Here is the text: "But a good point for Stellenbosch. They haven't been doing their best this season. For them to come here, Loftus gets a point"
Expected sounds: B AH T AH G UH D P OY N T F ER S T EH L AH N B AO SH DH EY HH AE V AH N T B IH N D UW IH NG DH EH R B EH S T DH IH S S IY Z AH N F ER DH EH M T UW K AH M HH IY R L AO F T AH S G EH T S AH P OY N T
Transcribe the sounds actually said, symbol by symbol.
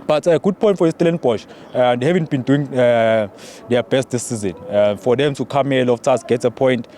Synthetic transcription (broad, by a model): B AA T AH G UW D P OY N T F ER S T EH L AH N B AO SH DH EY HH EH V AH N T B IH N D UW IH NG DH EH B EH S T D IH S S IY Z AH N F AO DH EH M T UW K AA M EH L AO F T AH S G EH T AH P OY N T